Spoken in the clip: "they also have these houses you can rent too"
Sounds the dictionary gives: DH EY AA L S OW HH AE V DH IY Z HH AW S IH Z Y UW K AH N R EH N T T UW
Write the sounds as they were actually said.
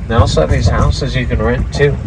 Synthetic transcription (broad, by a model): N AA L S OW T DH IY Z HH AW S IH Z Y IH K AH N R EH N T T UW